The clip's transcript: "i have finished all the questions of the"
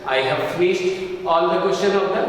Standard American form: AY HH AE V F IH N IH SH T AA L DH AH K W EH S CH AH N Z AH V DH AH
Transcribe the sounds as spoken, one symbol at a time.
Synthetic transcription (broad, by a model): AY HH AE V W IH S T AA L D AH K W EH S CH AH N AH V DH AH